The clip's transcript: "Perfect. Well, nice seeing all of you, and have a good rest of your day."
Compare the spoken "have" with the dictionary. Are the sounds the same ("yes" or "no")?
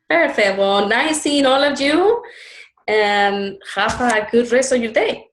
no